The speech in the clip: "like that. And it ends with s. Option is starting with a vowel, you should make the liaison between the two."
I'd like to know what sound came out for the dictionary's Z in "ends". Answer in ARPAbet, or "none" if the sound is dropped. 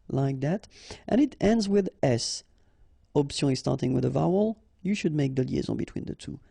Z